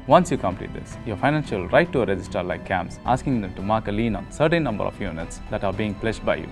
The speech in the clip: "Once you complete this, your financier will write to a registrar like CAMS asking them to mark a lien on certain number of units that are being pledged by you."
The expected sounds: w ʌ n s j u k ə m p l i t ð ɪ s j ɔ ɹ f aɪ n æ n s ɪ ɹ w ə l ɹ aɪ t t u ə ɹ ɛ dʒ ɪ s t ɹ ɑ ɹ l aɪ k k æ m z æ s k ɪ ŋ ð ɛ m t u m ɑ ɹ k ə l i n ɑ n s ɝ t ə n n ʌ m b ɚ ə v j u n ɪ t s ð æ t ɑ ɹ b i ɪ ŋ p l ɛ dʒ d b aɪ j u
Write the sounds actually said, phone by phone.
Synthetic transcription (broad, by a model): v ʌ n s j u k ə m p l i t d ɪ s j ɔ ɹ f aɪ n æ n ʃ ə l ɹ aɪ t t u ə ɹ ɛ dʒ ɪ s t ʌ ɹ l aɪ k k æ m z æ s k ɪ ŋ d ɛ m t u m ɑ ɹ k ə l i n ɑ n s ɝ t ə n n ʌ m b ɚ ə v j u n ɪ t s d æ t ɑ ɹ b i ɪ ŋ p l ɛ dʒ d b aɪ j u